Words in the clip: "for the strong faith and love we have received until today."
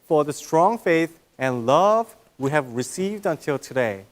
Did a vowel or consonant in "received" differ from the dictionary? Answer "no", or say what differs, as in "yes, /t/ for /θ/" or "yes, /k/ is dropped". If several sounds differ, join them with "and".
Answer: no